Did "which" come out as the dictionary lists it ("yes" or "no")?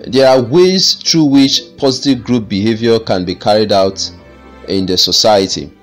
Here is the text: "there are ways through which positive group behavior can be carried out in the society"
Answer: yes